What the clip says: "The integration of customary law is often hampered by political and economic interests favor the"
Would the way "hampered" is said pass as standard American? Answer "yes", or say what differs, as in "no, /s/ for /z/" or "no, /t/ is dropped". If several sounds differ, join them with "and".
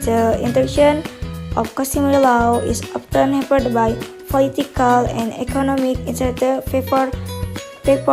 no, /m/ is dropped